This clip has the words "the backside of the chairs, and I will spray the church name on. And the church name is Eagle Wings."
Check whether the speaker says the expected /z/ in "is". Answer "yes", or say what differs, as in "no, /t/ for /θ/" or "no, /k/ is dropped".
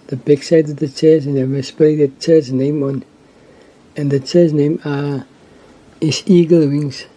no, /s/ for /z/